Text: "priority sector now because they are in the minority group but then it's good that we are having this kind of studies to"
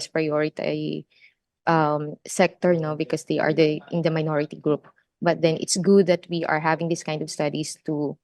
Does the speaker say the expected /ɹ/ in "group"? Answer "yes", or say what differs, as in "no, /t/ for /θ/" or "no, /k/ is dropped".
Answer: yes